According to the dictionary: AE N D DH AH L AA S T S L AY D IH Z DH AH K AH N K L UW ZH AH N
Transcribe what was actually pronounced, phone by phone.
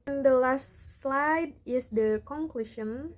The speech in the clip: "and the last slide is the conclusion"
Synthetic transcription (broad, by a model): N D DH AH L AA S T S L AY D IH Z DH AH K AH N K L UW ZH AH N